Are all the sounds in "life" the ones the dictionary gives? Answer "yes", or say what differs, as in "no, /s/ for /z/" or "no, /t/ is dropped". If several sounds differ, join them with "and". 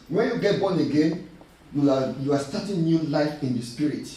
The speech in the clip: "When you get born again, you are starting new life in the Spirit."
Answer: yes